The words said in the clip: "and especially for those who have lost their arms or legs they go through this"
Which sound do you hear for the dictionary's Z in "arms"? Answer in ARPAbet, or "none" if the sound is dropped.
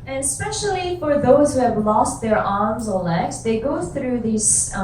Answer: Z